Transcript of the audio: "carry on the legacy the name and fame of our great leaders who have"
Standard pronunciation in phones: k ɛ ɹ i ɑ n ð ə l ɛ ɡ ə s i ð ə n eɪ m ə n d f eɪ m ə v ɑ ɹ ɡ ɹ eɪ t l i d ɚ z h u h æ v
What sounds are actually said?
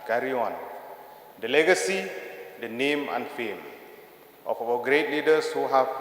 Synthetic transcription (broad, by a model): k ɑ ɹ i ɑ n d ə l ɛ ɡ ə s i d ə n eɪ m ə n f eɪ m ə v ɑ w ɡ ɹ eɪ t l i d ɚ s h u h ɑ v